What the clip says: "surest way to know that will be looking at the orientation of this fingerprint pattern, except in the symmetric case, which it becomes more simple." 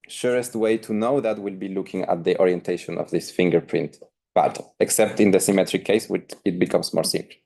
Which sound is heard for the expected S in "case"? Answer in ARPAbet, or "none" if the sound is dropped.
S